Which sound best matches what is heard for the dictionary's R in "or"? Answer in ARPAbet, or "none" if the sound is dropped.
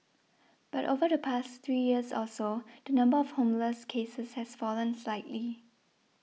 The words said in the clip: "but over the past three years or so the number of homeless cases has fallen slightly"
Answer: L